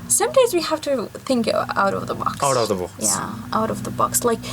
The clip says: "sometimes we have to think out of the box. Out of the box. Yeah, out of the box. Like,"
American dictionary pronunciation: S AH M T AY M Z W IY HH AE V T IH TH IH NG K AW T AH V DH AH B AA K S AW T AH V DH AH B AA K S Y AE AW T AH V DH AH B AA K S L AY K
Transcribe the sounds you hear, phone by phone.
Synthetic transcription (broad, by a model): S AH M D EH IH Z W IY HH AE F T IH TH IH NG K AW T AH V DH AH B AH K AW T AH V DH AH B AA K Y AE AW T AH V DH AH B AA K S L AY K